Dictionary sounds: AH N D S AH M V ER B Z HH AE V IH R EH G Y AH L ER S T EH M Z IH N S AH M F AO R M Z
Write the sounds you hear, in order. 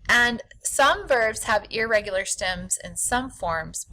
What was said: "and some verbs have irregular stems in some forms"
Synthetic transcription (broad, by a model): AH N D S AH M V ER B Z HH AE V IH R EH G Y L ER S T EH M Z IH N S AH M F AO R M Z